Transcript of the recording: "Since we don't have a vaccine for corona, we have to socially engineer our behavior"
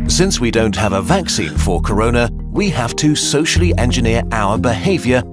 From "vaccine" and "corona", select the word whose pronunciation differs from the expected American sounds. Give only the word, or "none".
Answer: none